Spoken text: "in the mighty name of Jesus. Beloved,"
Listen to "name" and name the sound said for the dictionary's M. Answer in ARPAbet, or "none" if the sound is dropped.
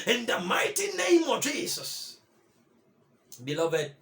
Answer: M